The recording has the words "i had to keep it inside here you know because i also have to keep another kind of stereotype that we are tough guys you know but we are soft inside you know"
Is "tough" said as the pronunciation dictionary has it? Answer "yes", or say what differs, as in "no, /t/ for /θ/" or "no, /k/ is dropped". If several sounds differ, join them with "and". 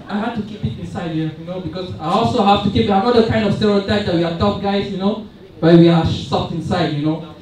no, /p/ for /f/